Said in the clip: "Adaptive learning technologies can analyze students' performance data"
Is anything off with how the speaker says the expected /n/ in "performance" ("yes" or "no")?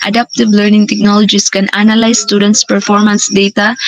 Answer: no